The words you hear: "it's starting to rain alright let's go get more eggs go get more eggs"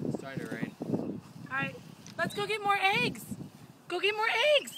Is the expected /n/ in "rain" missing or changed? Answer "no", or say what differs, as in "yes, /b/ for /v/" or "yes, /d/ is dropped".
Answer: yes, /n/ is dropped